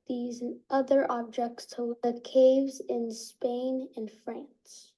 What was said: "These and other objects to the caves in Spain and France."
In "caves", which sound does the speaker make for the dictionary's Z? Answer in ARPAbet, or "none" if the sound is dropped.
Z